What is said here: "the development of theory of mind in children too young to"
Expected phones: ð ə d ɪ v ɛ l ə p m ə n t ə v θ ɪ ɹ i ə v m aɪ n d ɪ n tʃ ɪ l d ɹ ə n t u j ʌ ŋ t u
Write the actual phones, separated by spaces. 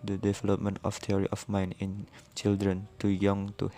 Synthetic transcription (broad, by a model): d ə d ɪ v ɛ l ə p m ə n t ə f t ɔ ɹ i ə f m aɪ n ɪ n tʃ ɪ l d ɹ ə n t u j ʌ ŋ t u